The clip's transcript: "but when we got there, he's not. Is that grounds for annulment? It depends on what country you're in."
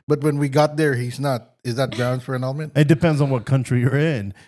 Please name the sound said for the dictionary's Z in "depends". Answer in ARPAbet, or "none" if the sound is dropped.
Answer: Z